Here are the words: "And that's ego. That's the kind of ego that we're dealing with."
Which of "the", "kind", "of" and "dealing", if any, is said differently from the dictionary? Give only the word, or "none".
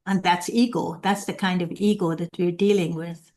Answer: none